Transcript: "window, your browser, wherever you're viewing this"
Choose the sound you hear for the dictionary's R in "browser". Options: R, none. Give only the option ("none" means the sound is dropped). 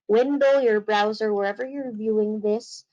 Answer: R